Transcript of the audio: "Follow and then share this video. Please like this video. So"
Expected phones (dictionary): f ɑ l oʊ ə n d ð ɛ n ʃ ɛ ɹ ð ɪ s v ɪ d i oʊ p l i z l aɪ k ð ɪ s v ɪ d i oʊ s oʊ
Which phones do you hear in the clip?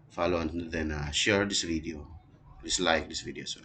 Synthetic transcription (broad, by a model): f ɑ l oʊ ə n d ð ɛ n ʃ ɛ ɹ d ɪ s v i d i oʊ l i s l aɪ k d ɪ s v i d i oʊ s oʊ